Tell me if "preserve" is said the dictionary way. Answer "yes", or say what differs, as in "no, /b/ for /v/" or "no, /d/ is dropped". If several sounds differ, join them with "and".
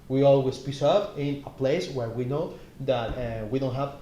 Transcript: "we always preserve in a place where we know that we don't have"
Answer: no, /s/ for /z/